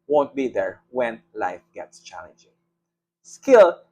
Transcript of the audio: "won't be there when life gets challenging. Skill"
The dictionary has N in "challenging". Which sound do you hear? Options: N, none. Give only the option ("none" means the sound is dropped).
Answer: N